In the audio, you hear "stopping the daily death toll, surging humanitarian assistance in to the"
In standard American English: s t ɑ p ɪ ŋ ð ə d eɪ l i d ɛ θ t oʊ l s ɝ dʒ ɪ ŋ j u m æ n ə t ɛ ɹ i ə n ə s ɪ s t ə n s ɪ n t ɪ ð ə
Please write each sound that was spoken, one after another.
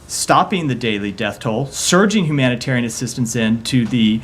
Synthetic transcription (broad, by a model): s t ɑ p ɪ ŋ ð ə d eɪ l i d ɛ θ t oʊ l s ɝ dʒ ɪ ŋ j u m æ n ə t ɛ ɹ i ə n ə s ɪ s t ə n s ɪ n t ɪ ð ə